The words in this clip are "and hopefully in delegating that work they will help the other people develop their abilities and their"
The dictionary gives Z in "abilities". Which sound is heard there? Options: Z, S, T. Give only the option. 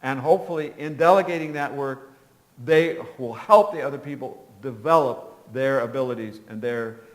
Z